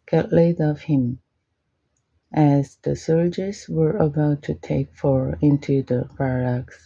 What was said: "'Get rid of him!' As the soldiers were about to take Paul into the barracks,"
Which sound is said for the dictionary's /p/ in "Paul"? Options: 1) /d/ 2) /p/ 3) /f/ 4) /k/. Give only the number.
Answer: 3